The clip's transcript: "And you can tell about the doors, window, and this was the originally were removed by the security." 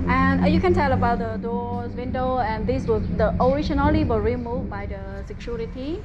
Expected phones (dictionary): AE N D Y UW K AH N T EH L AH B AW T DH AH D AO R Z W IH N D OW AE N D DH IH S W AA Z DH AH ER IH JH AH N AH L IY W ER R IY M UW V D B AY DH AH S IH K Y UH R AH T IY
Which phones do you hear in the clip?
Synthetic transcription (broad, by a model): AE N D Y UW K AH N T EH L AH B AW T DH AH D AO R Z W IH N D OW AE N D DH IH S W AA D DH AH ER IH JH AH N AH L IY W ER R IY M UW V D B AY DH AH S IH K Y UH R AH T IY